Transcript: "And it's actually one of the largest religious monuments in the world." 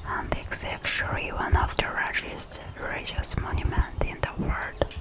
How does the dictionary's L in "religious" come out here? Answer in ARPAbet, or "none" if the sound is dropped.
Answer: none